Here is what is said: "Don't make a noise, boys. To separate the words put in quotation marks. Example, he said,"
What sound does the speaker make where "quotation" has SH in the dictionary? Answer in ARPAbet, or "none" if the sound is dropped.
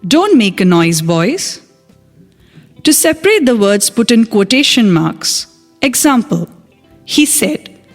SH